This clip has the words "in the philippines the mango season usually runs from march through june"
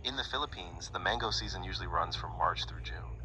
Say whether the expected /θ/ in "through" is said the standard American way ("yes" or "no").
yes